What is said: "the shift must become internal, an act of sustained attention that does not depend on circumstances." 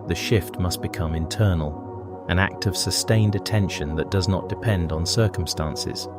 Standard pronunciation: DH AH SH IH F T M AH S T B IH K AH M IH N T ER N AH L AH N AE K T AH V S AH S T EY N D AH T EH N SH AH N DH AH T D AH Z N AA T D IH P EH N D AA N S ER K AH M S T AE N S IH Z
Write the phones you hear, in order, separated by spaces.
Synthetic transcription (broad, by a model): DH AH SH IH F T M AH S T B IH K AH M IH N T ER N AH L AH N AE K T AH V S AH S T EY N D AH T EH N SH AH N DH AH T D AH Z N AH T D IH P EH N D N S ER K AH M S T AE N S IH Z